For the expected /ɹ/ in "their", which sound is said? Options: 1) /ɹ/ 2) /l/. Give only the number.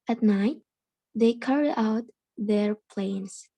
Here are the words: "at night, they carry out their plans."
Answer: 1